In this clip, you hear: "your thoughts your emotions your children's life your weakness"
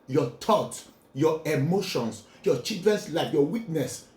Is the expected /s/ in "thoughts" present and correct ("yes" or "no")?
no